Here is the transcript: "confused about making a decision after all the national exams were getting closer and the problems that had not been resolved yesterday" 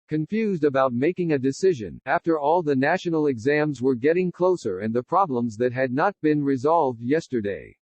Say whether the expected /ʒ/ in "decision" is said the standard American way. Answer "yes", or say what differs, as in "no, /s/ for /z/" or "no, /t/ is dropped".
yes